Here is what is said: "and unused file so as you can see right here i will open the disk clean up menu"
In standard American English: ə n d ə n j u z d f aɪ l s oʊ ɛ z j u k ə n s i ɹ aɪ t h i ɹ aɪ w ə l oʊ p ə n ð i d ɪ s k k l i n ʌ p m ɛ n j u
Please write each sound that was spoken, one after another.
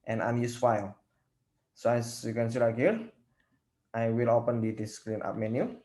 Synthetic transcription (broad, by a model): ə n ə n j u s f aɪ l s oʊ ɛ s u k ə n s i l aɪ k h i ɹ aɪ w ə l oʊ p ə n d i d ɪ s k k l i n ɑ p m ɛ n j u